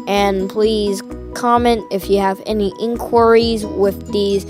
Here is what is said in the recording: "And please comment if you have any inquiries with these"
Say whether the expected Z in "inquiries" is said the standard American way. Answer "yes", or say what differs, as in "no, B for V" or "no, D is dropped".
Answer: yes